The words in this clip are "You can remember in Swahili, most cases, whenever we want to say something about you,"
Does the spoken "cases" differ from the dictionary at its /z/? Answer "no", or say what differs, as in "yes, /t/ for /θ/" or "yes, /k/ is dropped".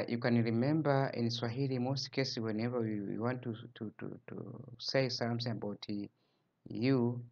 yes, /z/ is dropped